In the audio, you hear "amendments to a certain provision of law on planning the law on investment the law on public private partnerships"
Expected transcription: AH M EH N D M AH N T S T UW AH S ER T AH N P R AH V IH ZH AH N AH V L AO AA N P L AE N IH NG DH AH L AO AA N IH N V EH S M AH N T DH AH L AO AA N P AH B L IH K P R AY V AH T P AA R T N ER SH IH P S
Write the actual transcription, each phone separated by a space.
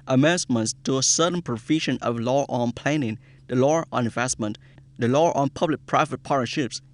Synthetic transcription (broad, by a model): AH M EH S M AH N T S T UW AH S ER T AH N P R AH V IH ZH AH N AH V L AO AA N P L AE N IH NG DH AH L AO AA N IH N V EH S M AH N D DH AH L AO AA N P AH B L IH K P R AY V AH T P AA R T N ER SH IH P S